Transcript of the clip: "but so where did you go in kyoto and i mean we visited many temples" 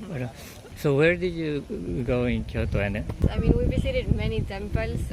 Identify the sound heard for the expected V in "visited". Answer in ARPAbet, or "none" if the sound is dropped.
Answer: B